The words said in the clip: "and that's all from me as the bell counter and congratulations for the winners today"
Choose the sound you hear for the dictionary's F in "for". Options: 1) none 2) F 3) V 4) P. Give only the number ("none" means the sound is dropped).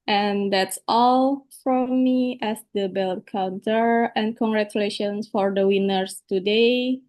2